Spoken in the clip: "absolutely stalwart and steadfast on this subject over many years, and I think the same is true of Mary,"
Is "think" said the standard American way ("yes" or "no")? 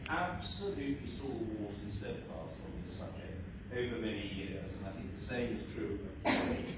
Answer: yes